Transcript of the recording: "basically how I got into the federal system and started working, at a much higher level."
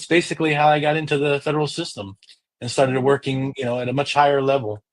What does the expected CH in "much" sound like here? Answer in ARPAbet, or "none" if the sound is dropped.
CH